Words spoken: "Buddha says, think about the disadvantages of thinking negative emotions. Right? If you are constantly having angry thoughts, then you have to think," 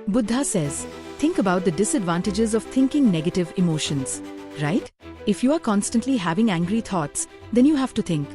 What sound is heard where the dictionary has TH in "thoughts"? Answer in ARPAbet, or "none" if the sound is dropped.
T